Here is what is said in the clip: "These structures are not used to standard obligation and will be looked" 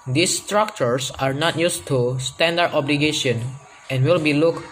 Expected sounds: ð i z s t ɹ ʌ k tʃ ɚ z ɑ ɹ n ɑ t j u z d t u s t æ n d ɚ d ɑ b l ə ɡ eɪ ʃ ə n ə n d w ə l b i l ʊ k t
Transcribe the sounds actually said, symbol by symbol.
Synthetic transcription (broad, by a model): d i s t ɹ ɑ k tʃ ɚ s ɑ ɹ n ɑ t j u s t u s t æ n d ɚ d ɑ b l ə ɡ eɪ ʃ ə n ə n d w ə l b i l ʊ k